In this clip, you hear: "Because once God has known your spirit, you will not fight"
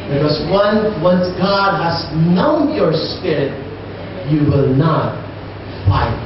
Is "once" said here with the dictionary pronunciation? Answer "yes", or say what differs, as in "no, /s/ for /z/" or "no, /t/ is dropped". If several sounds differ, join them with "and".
yes